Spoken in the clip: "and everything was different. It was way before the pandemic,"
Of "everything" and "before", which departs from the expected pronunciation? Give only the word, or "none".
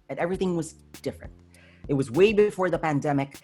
none